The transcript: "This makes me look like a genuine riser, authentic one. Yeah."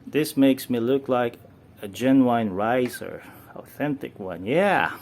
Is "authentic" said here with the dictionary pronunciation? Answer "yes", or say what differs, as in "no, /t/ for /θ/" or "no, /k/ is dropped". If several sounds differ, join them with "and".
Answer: yes